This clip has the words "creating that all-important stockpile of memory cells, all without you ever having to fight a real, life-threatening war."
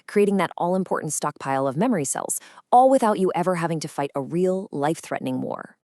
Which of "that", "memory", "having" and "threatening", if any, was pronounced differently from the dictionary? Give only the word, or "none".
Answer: none